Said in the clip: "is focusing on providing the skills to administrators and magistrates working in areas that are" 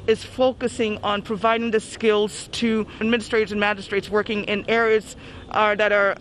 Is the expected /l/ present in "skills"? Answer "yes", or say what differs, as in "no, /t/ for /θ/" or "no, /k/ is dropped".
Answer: yes